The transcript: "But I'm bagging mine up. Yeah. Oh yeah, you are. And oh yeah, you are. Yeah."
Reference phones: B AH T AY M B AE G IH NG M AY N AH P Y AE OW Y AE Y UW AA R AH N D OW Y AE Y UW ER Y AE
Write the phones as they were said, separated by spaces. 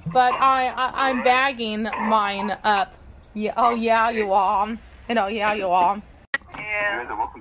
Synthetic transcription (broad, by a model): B AH T AY M B AE G IH NG M AY N AH P Y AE OW Y AE Y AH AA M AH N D OW Y AE Y ER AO